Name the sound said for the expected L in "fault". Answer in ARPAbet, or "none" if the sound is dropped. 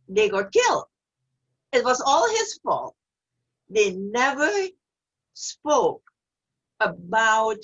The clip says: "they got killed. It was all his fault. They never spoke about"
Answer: L